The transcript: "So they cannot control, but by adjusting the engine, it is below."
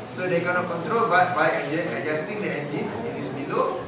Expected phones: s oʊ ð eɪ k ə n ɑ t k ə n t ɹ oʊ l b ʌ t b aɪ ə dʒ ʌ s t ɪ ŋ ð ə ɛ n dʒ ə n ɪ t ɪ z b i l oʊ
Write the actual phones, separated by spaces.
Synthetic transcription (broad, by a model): s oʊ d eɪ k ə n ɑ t k ə n t ɹ oʊ l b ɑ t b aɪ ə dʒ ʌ s t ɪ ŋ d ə ɛ n dʒ ə n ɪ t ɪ s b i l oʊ